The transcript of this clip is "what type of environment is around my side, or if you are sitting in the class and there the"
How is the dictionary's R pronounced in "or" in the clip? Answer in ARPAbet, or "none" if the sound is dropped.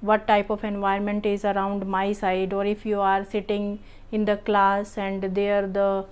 R